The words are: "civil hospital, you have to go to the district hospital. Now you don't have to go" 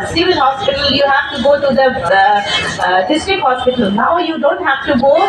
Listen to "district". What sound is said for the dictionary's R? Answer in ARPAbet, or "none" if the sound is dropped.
none